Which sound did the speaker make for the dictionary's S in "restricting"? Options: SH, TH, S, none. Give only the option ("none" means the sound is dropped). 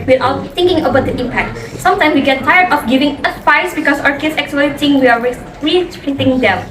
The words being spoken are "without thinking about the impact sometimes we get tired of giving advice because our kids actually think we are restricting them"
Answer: none